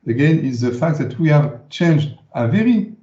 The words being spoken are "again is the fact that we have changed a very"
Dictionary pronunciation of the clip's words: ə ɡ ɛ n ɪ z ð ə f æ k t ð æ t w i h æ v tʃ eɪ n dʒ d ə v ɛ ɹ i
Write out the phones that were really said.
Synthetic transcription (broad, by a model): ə ɡ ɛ n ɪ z ð ə f æ k t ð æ t w i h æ v tʃ eɪ n dʒ d ə v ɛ ɹ i